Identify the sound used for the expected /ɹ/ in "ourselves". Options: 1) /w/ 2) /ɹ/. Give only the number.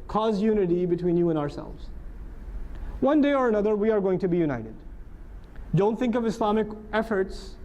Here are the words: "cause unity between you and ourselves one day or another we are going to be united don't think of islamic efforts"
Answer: 2